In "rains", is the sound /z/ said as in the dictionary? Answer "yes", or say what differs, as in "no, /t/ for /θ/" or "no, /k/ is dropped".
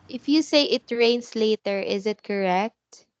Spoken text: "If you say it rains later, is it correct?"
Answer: no, /s/ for /z/